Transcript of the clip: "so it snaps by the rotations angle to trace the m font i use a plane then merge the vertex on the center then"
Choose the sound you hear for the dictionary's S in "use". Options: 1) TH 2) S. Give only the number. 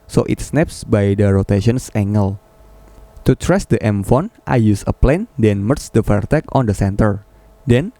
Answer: 2